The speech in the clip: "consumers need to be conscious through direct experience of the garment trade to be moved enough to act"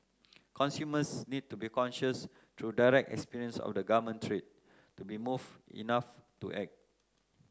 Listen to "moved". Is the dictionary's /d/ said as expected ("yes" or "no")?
no